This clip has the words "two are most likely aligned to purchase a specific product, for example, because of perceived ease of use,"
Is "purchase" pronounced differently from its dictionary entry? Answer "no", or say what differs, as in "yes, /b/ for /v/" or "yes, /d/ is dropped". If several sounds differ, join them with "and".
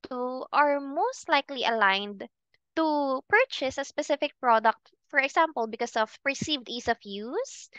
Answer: no